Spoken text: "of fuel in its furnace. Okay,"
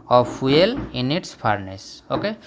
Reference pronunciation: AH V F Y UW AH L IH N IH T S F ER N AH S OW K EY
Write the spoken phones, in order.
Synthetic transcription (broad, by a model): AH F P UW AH L IH N IH T S P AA N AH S OW K EY